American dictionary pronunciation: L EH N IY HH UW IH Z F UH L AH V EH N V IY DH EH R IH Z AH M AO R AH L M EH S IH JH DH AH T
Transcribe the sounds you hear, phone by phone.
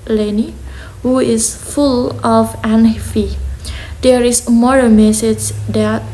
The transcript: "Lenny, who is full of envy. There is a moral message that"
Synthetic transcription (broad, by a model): L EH N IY HH UW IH S F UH L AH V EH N F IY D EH R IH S M AO R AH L M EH S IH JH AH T